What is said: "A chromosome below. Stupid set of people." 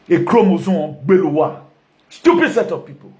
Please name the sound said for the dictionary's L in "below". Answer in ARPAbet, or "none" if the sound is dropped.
W